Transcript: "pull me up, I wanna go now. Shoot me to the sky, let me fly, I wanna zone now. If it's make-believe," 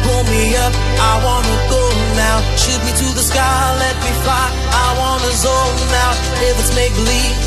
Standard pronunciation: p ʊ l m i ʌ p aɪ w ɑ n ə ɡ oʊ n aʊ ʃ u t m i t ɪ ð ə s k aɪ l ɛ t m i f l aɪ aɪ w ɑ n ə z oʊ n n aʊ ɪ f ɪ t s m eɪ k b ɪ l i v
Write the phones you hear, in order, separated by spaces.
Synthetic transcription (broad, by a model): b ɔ m i ʌ p aɪ w ɑ n ə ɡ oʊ n aʊ ʃ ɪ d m i t ɪ ð ə s k aɪ l ɛ t m i f aɪ aɪ w ɑ n ə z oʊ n n aʊ ɪ f ɪ t s m eɪ k l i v